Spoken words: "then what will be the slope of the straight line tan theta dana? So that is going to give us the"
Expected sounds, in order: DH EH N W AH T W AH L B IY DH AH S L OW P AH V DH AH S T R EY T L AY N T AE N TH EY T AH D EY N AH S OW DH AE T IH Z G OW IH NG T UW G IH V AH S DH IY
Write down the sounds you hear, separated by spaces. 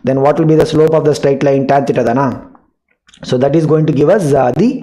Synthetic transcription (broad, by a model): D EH N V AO T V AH L B IY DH AH S L OW P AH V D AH S T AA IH T L AY N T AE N T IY T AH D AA N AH S OW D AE T IH Z G OW IH NG T UW G IH V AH S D IY